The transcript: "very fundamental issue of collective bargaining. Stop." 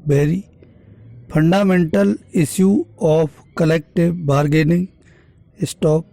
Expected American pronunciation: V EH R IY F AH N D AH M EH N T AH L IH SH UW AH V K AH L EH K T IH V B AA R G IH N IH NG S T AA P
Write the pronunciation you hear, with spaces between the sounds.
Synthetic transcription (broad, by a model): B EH R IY P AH N D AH M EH N T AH L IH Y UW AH P K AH L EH K T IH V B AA R G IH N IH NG S T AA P